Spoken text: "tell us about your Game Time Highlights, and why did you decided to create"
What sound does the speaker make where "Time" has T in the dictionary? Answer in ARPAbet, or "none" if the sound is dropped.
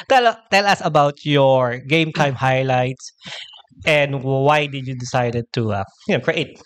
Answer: T